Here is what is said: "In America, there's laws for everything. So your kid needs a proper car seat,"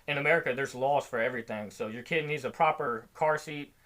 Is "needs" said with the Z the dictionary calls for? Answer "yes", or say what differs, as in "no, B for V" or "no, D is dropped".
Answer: yes